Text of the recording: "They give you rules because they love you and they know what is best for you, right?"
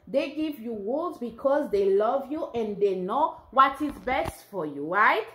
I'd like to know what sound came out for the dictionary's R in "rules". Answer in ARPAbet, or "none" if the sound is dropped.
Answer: W